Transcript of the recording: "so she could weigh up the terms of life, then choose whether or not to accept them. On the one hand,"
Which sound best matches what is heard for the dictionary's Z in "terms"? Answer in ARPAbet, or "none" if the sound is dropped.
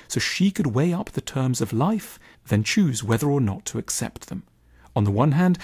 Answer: Z